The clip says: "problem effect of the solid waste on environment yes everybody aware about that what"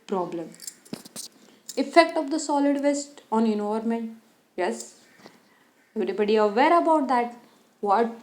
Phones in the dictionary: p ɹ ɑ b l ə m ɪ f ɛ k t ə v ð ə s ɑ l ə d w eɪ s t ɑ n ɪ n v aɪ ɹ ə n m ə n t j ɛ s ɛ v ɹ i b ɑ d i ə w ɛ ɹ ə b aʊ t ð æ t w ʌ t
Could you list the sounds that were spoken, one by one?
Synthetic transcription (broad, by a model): p ɹ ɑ b l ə m ɪ f ɛ k t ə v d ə s ɑ l ə d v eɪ s t ɑ n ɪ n ɔ ɹ m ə n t j ɛ s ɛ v ɹ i b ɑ d i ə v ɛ ɹ ə b aʊ t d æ t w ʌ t